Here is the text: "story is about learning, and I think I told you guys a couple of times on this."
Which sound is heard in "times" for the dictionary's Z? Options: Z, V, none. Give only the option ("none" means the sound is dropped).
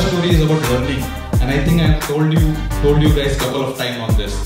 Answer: none